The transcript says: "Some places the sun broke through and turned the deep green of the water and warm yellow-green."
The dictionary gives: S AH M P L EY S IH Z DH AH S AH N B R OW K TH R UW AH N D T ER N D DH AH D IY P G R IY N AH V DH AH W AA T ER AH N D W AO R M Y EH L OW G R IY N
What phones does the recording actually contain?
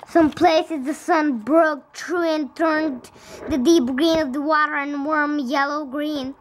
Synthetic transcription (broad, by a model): S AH M P L EY S IH Z DH AH S AH N B R OW K T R UW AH N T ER N DH AH D IY P G R IY N AH V DH AH W AA T ER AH N W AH R M Y EH L OW G R IY N